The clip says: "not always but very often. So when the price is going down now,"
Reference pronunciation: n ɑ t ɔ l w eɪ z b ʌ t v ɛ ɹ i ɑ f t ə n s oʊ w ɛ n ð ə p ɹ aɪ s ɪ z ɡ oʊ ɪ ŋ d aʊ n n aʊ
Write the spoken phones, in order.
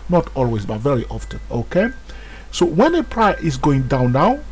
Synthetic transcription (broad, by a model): n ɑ t ɔ l w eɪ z b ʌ t v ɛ ɹ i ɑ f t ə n s oʊ w ɛ n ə p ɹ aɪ ɪ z ɡ oʊ ɪ ŋ d aʊ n n aʊ